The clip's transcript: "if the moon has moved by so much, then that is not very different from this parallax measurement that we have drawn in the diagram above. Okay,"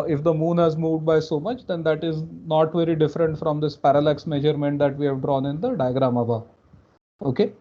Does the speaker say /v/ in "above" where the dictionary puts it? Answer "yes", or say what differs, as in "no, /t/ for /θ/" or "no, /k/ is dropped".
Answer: no, /v/ is dropped